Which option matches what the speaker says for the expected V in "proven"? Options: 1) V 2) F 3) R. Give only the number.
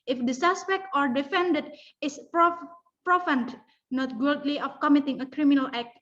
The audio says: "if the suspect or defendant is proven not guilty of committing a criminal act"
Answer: 2